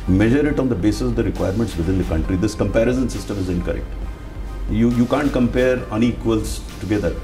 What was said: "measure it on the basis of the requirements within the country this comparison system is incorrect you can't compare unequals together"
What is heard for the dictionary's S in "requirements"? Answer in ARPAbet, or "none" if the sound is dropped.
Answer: S